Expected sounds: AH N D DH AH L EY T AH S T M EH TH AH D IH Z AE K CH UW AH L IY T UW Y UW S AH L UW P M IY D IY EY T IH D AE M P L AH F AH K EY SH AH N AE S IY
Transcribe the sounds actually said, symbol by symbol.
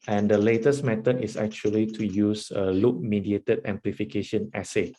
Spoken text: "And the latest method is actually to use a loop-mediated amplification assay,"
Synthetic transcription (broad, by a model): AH N D AH L EY T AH S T M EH T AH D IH S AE K CH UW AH L IY T UW Y UW S AH L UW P M IY D IY EY T IH D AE M P L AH F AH K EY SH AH N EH S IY